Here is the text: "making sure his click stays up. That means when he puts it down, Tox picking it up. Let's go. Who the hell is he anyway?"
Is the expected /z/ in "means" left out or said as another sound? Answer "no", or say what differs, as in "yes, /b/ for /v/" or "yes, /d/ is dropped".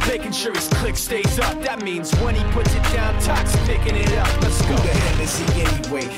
no